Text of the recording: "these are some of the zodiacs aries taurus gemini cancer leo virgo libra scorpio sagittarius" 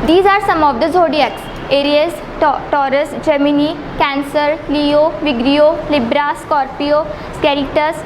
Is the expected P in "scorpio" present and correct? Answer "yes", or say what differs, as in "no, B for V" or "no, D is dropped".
yes